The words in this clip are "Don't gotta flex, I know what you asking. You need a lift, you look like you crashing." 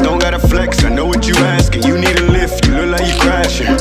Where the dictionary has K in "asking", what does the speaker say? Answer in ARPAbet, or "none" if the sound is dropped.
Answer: K